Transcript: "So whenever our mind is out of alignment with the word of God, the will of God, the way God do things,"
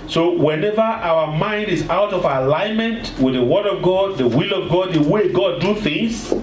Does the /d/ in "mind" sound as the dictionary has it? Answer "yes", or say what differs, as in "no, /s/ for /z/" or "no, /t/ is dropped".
yes